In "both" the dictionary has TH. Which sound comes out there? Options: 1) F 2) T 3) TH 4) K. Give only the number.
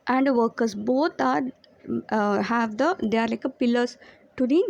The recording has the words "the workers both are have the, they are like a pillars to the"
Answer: 2